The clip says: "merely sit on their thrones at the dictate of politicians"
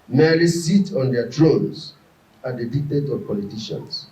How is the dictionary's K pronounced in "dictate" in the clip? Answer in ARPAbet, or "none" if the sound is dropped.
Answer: K